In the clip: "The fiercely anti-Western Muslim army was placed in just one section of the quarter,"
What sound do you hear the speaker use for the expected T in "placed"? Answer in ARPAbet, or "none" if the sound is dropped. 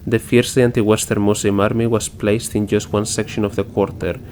T